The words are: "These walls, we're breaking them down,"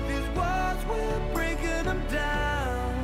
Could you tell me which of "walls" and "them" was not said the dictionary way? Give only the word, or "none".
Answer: walls